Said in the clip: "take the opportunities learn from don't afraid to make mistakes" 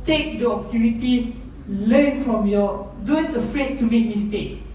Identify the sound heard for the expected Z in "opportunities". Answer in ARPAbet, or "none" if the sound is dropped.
S